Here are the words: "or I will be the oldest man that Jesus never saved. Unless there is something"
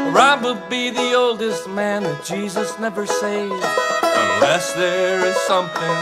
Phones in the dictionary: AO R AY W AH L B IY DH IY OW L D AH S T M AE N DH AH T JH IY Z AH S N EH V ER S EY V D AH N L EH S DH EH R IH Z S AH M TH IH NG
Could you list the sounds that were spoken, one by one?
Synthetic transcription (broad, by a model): R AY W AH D B IY DH IY OW L D AH S T M AE N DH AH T JH IY Z AH S N EH V ER S EY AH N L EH S DH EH R IH Z S AH M TH IH NG